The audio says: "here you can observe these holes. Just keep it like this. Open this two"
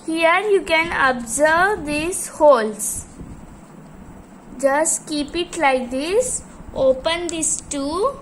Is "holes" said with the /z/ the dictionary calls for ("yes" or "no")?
no